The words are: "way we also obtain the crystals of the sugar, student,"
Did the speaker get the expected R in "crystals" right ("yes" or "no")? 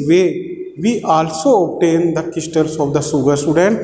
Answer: no